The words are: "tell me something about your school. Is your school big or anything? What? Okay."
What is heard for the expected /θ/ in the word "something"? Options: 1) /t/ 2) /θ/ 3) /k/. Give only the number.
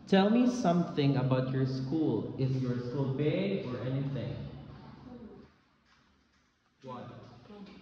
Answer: 2